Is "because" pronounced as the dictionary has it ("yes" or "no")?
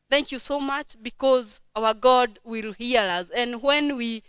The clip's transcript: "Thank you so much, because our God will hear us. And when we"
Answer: yes